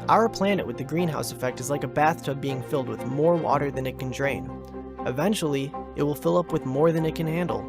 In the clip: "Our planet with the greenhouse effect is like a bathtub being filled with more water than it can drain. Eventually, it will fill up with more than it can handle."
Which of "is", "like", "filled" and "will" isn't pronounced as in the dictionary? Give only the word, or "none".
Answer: none